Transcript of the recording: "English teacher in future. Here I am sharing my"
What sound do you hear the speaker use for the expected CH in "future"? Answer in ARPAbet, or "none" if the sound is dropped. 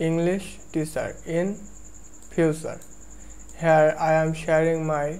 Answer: S